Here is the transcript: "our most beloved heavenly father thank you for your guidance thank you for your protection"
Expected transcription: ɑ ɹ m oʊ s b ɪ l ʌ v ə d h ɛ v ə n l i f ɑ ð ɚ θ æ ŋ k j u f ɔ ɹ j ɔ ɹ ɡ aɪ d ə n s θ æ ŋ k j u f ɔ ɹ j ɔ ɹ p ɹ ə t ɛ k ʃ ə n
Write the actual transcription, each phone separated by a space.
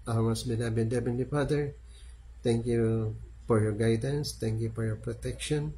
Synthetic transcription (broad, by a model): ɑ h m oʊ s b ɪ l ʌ b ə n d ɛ b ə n i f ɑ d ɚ t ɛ ŋ k j u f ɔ ɹ j ɔ ɹ ɡ aɪ d ə n s t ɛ ŋ k j u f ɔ ɹ j ɔ ɹ p ɹ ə t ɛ k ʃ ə n